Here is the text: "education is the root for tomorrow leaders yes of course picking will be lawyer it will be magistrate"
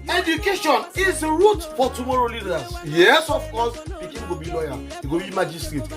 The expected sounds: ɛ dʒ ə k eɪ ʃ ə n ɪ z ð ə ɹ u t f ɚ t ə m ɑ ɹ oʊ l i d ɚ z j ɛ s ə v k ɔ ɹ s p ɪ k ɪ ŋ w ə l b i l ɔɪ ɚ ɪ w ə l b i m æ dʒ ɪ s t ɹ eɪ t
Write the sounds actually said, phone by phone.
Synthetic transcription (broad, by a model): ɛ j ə k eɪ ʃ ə n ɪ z ɹ u t f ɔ t ə m ɑ ɹ oʊ l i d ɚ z j ɛ s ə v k ɔ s b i k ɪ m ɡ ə b i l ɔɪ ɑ ɪ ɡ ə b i m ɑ dʒ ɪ s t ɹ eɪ t